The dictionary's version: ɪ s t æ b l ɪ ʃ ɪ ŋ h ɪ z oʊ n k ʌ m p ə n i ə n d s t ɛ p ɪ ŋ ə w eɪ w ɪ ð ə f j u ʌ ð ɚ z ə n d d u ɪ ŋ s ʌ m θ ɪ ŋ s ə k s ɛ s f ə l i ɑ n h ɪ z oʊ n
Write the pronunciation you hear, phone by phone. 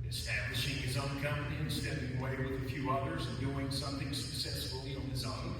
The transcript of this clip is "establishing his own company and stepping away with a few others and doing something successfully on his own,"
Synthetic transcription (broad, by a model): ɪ s t æ b l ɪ ʃ ɪ ŋ ɪ z oʊ n k ʌ m p ə n i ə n s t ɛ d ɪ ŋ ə w eɪ w ɪ ð ə f j u ʌ ð ɚ z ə n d d u ɪ ŋ s ʌ m θ ɪ ŋ s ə k s ɛ s f l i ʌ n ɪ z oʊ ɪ